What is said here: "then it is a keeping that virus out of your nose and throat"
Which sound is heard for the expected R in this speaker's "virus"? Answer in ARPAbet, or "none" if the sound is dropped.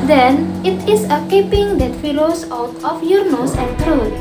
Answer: L